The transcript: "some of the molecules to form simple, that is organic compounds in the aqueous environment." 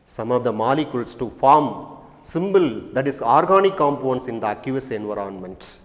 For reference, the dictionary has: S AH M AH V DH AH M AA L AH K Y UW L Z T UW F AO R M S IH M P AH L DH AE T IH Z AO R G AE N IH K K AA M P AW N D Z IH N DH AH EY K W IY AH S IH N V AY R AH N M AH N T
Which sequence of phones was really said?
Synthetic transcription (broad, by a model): S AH M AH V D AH M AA L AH K Y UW L S T UW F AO R M S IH M B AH L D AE T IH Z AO R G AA N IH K K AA M P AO N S IH N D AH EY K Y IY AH S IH N V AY R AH N M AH N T